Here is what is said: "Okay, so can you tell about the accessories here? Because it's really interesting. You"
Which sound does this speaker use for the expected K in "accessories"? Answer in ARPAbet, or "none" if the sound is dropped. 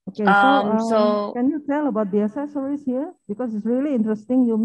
none